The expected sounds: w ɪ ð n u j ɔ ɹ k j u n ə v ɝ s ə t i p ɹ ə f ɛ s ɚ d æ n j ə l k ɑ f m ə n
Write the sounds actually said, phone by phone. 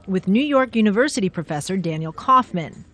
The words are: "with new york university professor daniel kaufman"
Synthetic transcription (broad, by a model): w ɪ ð n u j ɔ ɹ k j u n ə v ɝ s ə t i p ɹ ə f ɛ s ɚ d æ n j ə l k ɑ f m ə n